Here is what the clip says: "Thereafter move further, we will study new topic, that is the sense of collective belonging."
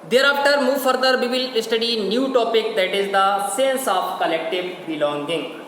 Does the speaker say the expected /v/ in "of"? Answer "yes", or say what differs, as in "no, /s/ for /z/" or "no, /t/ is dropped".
no, /p/ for /v/